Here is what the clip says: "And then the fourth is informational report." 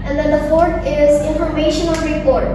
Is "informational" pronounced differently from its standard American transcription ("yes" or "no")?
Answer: yes